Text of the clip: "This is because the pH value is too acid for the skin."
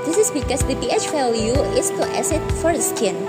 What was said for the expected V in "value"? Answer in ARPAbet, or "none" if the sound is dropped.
F